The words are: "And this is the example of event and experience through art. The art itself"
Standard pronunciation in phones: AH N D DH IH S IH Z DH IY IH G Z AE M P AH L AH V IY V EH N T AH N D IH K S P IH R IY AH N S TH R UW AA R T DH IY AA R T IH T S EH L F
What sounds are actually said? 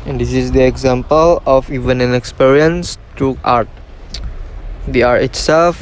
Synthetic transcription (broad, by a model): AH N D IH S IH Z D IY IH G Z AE M P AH L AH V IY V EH N AH N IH K S P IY R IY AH N S T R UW AA R T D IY AA R T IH T S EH L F